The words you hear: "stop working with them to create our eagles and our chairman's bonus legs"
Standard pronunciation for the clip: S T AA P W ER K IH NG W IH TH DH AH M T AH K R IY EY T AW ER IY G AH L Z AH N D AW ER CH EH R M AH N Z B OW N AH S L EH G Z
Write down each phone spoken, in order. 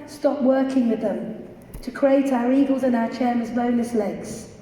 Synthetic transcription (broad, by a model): S T AA P W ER K IH NG W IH DH AH M T AH K R IY EY T AW ER IY G AH L Z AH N AW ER CH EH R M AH Z B OW N AH S L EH G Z